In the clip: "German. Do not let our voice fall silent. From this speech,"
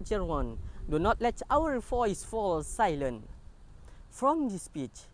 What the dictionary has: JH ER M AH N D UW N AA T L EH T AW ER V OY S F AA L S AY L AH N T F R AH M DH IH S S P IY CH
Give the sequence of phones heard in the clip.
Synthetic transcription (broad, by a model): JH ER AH N D UW N AA T L EH T AW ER F OY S F AA L S AY L AH N T F R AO M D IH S S P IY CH